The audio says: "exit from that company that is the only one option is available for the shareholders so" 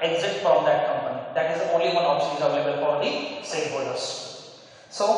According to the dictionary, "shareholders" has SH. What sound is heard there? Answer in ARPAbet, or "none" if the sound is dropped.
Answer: S